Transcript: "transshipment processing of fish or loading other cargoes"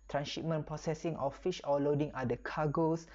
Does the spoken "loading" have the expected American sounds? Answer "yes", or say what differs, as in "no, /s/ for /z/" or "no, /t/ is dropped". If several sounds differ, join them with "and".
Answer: yes